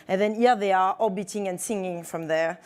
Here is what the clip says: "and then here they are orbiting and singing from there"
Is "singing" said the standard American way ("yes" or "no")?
yes